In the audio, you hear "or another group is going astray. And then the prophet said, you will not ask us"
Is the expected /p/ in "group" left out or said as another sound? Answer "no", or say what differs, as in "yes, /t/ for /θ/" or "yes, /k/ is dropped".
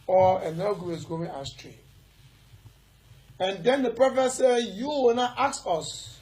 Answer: yes, /p/ is dropped